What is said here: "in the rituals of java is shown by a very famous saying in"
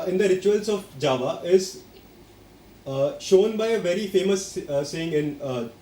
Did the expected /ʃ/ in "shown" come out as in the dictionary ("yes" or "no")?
yes